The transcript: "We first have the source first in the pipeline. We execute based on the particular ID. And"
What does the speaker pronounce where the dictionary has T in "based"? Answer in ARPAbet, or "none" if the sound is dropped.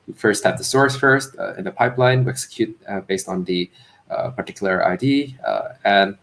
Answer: T